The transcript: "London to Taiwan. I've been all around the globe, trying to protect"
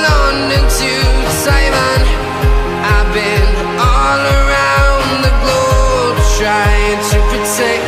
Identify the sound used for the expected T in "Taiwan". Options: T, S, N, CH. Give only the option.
S